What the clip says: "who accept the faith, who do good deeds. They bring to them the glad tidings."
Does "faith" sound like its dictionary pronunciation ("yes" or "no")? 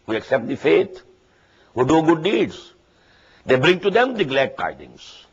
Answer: no